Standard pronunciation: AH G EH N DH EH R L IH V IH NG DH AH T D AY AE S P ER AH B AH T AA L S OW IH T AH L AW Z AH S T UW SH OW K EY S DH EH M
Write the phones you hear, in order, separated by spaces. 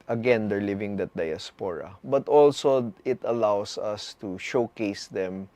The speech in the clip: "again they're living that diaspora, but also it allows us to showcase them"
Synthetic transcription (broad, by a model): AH G EH N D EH R L IH V IH NG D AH T D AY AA S P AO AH B AH T AA L S OW IH T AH L AW S AH S T UW SH OW K EY S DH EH M